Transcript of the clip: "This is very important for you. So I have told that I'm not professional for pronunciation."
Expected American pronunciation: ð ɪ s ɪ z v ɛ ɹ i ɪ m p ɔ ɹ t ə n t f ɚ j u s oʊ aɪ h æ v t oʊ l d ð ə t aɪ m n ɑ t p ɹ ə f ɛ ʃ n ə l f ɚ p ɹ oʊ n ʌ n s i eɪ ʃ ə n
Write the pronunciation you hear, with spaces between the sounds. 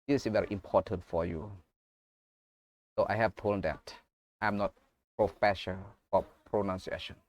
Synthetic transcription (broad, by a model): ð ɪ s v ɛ ɹ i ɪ m p ɔ t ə n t f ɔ j u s oʊ aɪ h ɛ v t oʊ l d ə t aɪ m n ɑ t p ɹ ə f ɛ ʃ ə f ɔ p ɹ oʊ n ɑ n s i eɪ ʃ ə n